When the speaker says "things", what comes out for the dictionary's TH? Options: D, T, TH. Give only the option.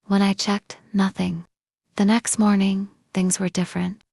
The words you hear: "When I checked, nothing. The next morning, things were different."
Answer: TH